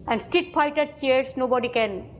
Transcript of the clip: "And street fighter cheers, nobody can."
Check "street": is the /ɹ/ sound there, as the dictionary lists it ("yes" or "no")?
no